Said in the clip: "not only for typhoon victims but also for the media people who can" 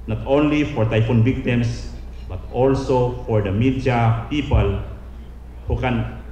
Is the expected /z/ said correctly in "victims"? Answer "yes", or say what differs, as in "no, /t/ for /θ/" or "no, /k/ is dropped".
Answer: no, /s/ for /z/